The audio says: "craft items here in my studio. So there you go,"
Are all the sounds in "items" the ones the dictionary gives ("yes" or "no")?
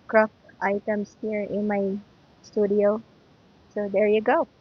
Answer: no